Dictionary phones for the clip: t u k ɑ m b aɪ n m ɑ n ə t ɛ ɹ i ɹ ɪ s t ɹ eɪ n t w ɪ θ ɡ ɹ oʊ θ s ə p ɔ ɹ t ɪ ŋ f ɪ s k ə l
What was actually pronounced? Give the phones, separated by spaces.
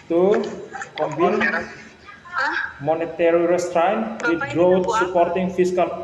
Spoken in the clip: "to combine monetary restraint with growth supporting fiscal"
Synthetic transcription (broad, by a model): t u k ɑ m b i n m ɑ n ə t ɛ ɹ i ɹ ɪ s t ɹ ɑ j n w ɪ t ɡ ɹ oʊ t s ə p ɔ ɹ t ɪ ŋ f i s k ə l